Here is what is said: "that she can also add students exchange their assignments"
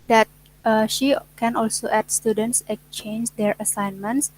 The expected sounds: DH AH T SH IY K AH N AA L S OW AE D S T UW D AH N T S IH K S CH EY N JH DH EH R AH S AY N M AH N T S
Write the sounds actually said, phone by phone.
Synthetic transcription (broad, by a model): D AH T SH IY K AH N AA L S OW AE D S T UW D AH N T S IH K CH EY N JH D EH R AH S AY N M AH N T S